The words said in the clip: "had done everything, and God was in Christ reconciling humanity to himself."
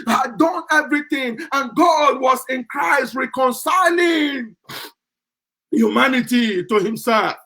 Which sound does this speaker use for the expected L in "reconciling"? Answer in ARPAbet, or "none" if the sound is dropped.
L